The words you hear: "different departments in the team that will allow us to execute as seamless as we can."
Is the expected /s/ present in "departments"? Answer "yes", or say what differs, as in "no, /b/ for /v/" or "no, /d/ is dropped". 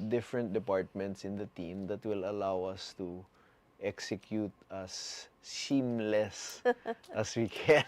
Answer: yes